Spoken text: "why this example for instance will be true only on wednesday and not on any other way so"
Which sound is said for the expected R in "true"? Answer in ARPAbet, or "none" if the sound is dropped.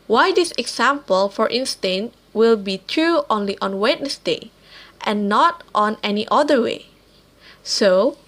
R